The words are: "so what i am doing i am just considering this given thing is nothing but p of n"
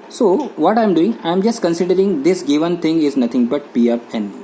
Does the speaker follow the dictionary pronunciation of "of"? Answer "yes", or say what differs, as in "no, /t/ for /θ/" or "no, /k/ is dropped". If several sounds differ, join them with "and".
no, /p/ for /v/